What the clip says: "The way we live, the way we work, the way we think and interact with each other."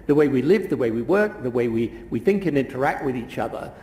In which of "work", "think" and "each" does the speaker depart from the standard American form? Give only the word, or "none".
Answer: none